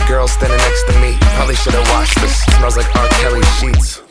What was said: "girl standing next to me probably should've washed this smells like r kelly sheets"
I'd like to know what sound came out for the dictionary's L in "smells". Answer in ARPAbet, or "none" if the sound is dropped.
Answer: none